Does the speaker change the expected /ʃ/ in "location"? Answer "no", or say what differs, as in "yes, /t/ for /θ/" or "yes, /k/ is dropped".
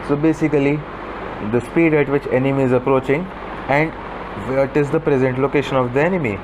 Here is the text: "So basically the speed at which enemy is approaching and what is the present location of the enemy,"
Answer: no